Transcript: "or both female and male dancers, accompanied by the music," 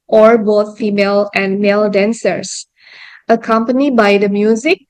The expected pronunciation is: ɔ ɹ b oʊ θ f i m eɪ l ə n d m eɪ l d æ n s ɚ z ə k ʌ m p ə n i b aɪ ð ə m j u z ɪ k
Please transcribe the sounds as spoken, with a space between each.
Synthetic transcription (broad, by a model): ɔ ɹ b oʊ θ f i m eɪ l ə n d m eɪ l d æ n s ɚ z ə k ʌ m p ə n i b aɪ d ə m j u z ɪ k